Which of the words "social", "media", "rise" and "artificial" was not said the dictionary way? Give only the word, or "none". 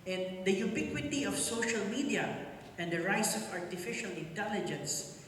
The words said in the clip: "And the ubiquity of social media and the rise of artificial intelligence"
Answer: rise